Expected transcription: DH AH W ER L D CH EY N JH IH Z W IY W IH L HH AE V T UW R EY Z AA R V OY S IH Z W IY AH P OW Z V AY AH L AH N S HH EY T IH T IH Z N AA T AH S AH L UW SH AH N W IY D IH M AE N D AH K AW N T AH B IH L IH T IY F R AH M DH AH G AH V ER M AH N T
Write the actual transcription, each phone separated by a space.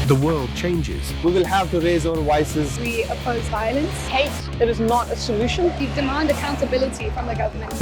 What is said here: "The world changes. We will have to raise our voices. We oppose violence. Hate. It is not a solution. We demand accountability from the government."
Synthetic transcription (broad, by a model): DH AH W ER L D CH EY N JH IH Z W IY W IH L HH AE V T UW R EY Z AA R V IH S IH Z W IY AH P OW Z V AY AH L AH N S HH EY T IH T IH Z N AA T AH S AH L UW SH AH N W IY D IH M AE N D AH K AW N T AH B IH L IH T IY F R AH M DH AH G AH V ER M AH N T